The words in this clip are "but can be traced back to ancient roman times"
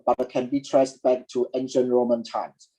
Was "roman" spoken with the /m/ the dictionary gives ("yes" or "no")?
yes